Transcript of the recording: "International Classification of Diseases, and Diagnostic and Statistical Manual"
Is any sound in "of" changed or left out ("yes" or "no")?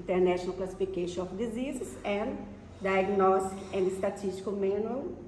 yes